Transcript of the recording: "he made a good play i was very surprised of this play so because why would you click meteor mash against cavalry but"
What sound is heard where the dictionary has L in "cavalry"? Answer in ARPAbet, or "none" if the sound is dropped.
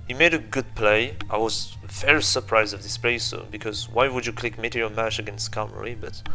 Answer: none